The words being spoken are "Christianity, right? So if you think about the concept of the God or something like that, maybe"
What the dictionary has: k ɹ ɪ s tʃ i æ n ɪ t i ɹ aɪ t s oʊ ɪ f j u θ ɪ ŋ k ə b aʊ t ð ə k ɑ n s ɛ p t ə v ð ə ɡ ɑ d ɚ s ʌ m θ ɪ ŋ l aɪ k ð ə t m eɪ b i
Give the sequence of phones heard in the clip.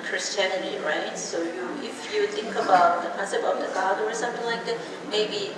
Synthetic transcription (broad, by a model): k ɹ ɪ s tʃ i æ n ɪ t i ɹ aɪ t s oʊ ɪ f j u θ ɪ ŋ k ə b aʊ t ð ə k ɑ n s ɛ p ə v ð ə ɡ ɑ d ɚ s ʌ m θ ɪ ŋ l aɪ k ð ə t m eɪ b i